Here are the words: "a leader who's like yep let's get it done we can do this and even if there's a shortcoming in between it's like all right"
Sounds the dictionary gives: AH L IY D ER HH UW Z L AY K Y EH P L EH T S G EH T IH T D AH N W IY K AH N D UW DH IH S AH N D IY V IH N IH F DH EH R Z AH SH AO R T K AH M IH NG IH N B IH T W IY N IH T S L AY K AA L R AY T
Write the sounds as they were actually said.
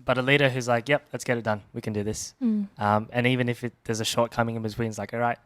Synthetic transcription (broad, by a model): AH L IY D ER HH UW Z L AY K Y EH P L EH T S G EH T IH T D AH N W IY K AH N D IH DH IH S AH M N IY V IH N IH F DH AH R Z AH SH AO R T K AH M IH NG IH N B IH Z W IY N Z L AY K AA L R AY T